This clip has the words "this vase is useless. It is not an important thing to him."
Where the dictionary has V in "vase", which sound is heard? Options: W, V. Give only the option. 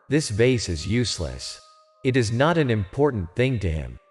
V